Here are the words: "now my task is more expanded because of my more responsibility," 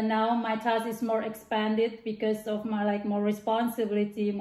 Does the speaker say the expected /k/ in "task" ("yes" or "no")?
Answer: no